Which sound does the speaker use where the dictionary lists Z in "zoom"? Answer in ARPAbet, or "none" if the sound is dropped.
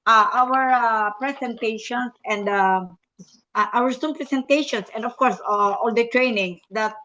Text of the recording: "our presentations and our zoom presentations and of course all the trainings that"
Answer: S